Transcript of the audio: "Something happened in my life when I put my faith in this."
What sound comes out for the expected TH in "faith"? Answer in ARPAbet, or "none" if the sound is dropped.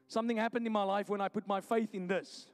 TH